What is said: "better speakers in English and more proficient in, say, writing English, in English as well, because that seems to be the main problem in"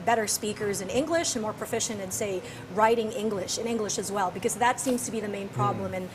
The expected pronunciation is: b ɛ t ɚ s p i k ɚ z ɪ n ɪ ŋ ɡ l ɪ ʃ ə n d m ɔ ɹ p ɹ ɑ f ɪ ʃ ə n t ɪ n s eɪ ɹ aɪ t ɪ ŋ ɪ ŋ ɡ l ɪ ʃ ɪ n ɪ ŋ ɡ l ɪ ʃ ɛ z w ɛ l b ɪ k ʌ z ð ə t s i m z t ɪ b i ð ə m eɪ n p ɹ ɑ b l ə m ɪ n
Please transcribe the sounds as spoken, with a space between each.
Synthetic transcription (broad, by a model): b ɛ t ɚ s p i k ɚ z ɪ n ɪ ŋ ɡ l ɪ ʃ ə n m ɔ ɹ p ɹ ɑ f ɪ ʃ ə n t ɪ n s eɪ ɹ aɪ t ɪ ŋ ɪ ŋ ɡ l ɪ ʃ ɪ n ɪ ŋ ɡ l ɪ ʃ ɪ z w ɛ l b ɪ k ʌ z ð ə t s i m z t ɪ b i ð ə m eɪ n p ɹ ɑ b l ə m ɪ n